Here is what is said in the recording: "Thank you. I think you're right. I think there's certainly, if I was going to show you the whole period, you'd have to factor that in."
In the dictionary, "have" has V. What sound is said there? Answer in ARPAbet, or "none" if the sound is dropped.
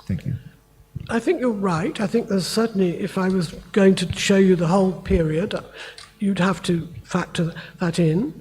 F